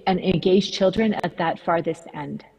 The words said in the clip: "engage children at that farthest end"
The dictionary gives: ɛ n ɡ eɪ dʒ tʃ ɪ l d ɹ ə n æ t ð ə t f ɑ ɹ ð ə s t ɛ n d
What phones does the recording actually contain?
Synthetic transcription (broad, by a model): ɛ n ɡ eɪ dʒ tʃ ɪ l d ɹ ə n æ t ð ə t f ɑ ɹ ð ə s t ɛ n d